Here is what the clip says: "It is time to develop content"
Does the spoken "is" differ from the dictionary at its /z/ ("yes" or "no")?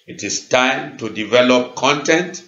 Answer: yes